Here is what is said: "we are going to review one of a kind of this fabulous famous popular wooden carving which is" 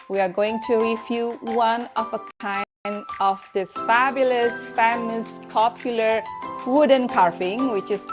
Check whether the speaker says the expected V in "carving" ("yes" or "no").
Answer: no